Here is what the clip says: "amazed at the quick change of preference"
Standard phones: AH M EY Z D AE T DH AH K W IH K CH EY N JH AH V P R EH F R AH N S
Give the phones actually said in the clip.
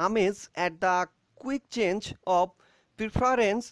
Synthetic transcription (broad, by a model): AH M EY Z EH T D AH K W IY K CH EY N JH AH B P R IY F R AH N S